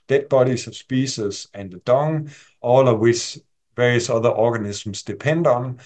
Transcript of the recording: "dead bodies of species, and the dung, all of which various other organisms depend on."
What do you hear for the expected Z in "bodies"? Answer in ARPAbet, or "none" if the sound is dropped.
S